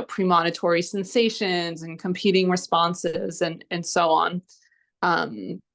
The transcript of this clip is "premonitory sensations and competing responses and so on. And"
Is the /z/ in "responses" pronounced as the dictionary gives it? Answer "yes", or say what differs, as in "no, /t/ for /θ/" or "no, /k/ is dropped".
yes